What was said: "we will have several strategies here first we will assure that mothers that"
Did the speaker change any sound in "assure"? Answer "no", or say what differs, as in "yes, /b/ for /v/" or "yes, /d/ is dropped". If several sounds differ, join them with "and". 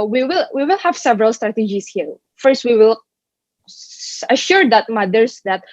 no